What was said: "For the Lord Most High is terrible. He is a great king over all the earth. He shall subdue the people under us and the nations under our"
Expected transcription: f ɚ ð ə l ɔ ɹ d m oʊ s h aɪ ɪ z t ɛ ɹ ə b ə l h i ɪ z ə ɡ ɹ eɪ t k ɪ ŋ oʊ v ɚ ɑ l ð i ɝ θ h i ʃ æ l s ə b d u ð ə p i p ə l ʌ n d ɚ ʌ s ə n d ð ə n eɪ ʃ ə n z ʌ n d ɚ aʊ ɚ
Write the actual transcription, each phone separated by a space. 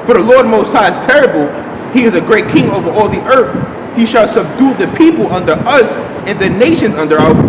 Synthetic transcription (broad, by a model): f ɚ ð ə l ɔ ɹ d m oʊ s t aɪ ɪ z t ɛ ɹ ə b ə l h i ɪ z ə ɡ ɹ eɪ t k ɪ ŋ oʊ v ɚ ɑ l ð i ɝ θ h i ʃ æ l s ə b d u ð ə p i p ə l ʌ n d ɚ ʌ s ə n ð ə n eɪ ʃ ə n z ʌ n d ɚ aʊ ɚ